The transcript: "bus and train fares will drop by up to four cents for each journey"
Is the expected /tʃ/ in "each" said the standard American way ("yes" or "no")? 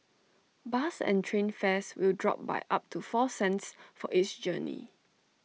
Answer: no